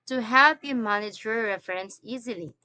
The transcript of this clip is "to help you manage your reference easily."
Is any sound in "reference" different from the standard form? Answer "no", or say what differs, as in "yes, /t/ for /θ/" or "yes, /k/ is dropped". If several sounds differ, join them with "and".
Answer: no